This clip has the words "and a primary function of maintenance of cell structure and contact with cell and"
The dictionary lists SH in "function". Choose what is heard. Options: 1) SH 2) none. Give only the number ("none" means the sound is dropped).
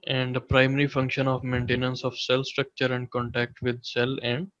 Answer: 1